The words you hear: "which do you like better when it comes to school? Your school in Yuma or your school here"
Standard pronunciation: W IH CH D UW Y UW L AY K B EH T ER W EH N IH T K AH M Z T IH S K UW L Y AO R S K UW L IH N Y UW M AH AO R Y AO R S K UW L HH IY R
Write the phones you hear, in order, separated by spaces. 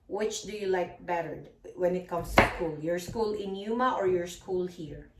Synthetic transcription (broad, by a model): W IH CH D UW Y UW L AY K B EH T ER W EH N IH T K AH M S T IH S K UW L Y AO R S K UW L IH N Y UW M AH AO R Y AO R S K UW L HH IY R